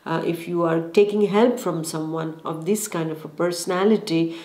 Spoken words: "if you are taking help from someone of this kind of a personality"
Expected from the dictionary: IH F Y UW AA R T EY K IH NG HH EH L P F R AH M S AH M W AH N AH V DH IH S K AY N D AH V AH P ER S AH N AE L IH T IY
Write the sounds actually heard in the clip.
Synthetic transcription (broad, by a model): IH F Y UW AA R T EY K IH NG HH EH L P F R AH M S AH M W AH N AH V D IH S K AY N D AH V AH P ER S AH N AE L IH T IY